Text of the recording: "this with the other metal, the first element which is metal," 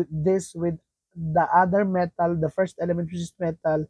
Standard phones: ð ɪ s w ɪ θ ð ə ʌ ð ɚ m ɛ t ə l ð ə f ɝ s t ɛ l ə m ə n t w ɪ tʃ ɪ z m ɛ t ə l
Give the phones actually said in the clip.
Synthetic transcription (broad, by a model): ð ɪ s w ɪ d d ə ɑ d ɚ m ɛ t ə l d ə f ɝ s t ɛ l ə m ə n t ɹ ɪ s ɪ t m ɛ t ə l